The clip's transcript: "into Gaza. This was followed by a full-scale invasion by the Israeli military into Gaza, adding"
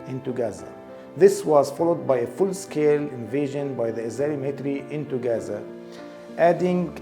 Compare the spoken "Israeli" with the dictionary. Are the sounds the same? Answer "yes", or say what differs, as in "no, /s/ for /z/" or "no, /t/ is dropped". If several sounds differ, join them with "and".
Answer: no, /ɹ/ is dropped